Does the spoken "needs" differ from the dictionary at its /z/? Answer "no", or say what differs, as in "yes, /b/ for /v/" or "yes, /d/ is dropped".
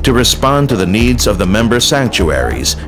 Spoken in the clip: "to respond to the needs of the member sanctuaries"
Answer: no